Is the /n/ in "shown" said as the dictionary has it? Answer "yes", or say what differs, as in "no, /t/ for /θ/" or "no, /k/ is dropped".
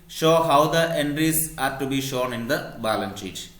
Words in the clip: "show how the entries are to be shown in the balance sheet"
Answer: yes